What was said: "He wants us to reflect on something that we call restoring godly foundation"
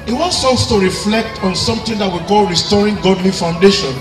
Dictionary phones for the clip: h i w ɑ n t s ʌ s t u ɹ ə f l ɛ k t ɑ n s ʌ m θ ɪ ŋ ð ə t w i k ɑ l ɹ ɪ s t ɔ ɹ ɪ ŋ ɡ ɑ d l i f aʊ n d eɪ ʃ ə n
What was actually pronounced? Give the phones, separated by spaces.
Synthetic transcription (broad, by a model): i w ɑ n t s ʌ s t u ɹ ə f l ɛ k t ɑ n s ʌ m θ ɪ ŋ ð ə t w i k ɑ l ɹ ɪ s t ɔ ɹ ɪ ŋ ɡ ɑ d l i f aʊ n d eɪ ʃ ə n